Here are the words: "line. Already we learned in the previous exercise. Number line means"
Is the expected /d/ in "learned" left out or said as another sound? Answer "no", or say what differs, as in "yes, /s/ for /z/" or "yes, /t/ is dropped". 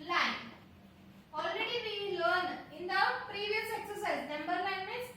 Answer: yes, /d/ is dropped